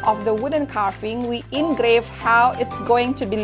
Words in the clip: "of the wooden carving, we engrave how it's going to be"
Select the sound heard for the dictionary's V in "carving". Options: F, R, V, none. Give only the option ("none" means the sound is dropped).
F